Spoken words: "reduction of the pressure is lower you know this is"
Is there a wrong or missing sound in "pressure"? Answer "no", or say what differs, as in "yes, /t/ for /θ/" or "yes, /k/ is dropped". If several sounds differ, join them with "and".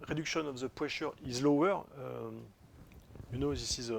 yes, /w/ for /ɹ/